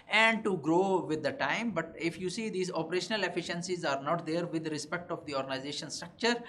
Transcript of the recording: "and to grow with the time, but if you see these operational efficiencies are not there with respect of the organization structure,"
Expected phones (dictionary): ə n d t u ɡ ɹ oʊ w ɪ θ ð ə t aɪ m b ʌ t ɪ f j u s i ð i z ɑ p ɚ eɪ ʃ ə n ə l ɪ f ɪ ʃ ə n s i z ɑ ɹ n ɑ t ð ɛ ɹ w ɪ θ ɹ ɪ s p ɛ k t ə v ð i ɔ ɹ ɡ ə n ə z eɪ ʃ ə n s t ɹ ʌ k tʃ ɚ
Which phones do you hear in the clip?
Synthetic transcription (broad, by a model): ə n d t u ɡ ɹ oʊ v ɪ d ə t aɪ m b ʌ t ɪ f j u s i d i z ɑ p ɚ eɪ ʃ ə n ə l ɪ f ɪ ʃ ə n s i z ɑ ɹ n ɑ t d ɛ ɹ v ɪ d ɹ ɪ s p ɛ k t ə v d i ɔ ɹ ɡ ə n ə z eɪ ʃ ə n s t ɹ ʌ k tʃ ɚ